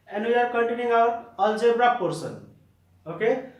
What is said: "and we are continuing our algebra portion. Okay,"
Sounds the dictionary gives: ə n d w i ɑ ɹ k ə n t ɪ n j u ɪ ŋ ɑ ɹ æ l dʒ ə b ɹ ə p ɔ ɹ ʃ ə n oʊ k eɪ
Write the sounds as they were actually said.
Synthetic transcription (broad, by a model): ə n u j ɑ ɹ k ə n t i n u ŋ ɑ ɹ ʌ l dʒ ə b ɹ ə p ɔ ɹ s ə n oʊ k eɪ